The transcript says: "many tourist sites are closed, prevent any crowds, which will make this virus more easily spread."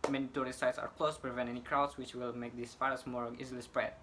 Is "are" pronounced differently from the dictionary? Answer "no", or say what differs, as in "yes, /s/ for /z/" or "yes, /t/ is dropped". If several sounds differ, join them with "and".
no